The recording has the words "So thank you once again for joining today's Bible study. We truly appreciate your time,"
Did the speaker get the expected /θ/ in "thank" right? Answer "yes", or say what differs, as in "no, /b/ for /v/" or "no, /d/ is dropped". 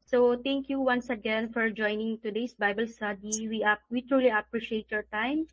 no, /t/ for /θ/